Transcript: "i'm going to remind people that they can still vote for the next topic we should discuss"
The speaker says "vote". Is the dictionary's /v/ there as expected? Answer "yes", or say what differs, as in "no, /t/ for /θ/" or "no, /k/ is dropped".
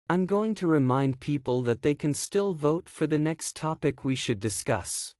yes